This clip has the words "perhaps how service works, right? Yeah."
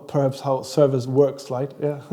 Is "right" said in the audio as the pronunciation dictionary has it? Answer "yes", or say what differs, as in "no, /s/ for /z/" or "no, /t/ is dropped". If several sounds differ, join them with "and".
no, /l/ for /ɹ/